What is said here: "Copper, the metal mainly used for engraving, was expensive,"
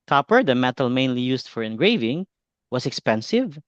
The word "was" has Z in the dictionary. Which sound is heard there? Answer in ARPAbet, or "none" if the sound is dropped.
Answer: S